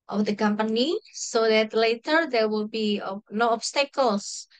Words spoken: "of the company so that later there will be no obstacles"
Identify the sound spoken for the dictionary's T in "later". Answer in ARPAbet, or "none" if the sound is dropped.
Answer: T